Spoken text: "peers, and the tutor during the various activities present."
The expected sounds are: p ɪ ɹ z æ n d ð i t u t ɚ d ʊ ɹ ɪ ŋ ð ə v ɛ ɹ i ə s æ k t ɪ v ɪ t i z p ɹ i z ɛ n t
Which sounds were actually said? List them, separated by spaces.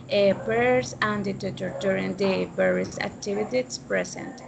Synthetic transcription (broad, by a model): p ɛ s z æ n d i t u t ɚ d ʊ ɹ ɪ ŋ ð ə b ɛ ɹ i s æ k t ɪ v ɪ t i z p ɹ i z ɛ n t